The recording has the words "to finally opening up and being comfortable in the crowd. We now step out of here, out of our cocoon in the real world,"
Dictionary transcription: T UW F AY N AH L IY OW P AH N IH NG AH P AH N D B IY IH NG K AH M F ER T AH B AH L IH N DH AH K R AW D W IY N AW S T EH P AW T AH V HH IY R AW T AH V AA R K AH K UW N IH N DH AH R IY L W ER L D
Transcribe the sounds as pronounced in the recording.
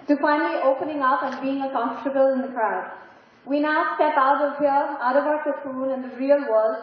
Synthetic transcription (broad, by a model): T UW F AY N AH L IY OW P AH N IH NG AH P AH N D B IY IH NG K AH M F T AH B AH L IH N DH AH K R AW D W IY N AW S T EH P AW T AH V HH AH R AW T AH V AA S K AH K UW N IH N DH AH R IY L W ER L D